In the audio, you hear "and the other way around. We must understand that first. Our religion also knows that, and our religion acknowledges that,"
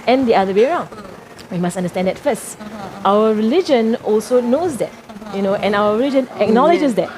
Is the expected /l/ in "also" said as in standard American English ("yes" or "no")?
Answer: yes